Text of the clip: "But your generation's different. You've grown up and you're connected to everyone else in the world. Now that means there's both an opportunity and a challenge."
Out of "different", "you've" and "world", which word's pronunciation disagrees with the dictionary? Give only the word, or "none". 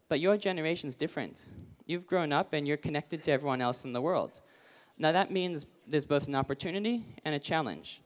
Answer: none